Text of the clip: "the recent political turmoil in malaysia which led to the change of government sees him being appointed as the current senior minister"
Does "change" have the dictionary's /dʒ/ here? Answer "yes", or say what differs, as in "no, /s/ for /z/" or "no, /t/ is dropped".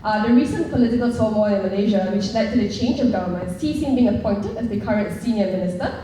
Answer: yes